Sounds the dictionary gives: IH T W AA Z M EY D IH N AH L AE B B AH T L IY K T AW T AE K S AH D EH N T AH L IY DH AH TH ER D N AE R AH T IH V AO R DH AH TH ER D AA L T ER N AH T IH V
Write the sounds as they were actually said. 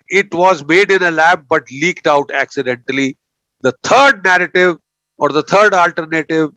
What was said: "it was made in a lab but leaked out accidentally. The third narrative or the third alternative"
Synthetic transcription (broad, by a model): IH T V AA Z M EY D IH N AH L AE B B AH T L IY K T AW T AE K S AH D EH N T AH L IY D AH T ER D N AE R AH T IH V AO R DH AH T ER D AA L T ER N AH T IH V